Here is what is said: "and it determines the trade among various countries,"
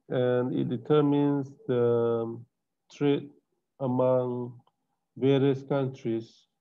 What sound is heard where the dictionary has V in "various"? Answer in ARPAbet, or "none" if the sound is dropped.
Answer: V